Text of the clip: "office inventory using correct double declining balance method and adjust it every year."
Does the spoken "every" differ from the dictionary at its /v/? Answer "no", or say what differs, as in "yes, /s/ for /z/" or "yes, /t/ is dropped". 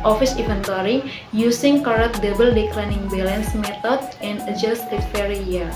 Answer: yes, /v/ is dropped